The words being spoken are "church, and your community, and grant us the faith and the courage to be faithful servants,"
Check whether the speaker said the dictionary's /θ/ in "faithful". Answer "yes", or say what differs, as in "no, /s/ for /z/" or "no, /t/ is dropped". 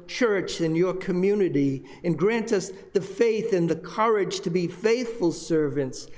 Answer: yes